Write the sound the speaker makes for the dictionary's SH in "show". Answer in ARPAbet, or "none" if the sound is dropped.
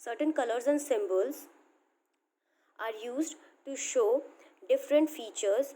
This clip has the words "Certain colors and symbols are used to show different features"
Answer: SH